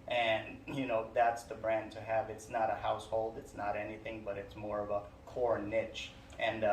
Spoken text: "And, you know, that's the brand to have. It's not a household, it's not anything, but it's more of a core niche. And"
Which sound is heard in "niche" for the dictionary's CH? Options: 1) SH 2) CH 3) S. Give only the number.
2